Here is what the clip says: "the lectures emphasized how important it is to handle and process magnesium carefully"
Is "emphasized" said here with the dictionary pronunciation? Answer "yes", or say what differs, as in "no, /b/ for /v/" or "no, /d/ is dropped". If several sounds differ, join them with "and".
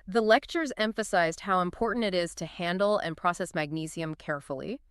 yes